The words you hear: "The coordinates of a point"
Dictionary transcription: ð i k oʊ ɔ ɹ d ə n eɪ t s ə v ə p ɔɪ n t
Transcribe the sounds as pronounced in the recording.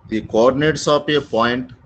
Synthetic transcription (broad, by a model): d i k oʊ ɔ ɹ d ə n eɪ t s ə p ə p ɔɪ n t